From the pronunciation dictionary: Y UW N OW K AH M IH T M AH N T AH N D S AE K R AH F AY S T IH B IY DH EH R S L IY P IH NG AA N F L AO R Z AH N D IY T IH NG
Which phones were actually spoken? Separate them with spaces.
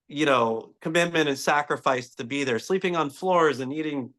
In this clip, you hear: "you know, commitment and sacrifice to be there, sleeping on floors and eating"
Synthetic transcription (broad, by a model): Y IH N OW K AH M IH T M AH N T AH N S AE K R AH F AY S T IH B IY DH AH R S L IY P IH NG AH N F L AO R Z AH N IY T IH NG